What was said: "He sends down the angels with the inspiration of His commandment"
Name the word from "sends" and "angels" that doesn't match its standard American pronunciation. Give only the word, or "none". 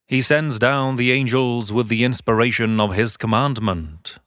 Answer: none